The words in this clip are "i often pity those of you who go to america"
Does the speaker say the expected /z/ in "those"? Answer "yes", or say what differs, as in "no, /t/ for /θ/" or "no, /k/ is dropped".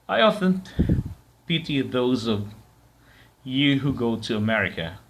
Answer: yes